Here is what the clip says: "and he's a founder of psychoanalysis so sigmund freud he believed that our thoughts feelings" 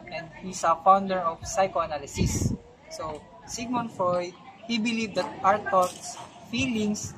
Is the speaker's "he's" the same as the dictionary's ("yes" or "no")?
no